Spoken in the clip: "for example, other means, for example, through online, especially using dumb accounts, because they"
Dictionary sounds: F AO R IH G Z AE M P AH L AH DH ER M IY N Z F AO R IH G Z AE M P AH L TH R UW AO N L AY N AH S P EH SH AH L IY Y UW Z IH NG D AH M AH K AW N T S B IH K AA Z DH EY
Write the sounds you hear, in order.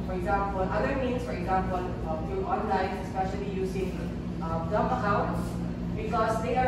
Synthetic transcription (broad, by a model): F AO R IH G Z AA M P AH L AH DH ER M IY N S F AO R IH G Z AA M P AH L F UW AO N L AY N AH S P EH SH AH L IY Y UW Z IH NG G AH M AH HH AW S B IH K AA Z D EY